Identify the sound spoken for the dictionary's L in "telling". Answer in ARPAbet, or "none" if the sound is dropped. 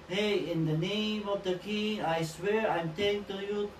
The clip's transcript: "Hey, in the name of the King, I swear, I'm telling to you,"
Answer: none